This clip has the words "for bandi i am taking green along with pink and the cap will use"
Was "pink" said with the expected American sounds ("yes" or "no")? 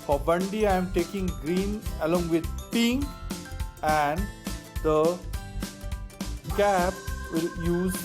no